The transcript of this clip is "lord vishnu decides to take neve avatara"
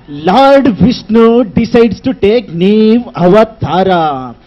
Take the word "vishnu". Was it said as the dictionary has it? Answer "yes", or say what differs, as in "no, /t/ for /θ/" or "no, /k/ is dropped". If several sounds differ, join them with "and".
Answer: no, /s/ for /ʃ/